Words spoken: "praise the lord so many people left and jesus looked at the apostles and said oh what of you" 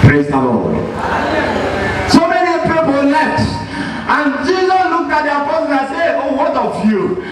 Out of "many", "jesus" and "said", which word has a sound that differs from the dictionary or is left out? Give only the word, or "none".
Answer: said